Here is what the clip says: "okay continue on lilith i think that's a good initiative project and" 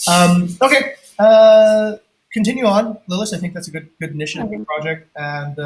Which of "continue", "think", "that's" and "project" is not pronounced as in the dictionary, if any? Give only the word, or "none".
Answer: none